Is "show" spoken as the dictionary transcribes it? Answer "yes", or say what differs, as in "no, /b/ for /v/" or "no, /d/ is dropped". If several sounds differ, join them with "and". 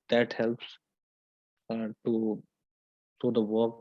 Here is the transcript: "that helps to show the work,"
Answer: no, /s/ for /ʃ/